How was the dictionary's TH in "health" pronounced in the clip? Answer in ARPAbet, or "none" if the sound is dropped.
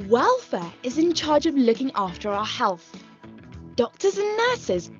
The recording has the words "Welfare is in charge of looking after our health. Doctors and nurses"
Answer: TH